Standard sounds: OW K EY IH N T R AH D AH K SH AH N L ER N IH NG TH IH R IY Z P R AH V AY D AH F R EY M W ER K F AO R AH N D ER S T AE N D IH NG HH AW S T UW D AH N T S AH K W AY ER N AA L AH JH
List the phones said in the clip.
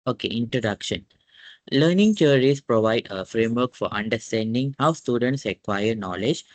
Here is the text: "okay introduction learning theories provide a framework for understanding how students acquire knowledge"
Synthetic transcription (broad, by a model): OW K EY IH N T R AH D AH K SH AH N L ER N IH NG T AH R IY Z P R AH V AY D AH F R EY M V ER K F AO R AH N D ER S T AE N D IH NG HH AW S T UW D AH N T S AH K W AY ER N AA L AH JH